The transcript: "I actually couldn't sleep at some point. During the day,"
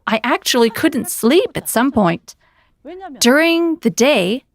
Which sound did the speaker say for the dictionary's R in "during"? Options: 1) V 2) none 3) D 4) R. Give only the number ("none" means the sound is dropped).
4